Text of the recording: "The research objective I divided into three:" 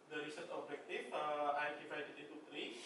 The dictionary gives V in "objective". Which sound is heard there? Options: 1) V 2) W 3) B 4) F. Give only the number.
4